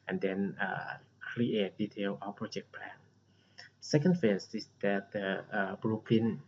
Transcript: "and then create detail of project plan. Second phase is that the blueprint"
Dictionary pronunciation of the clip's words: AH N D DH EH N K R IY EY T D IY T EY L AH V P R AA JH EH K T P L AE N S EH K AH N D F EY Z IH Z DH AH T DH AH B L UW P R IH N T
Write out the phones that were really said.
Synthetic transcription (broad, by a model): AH N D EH N K R IY EY T D IY T EY L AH P R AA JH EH K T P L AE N S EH K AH N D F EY S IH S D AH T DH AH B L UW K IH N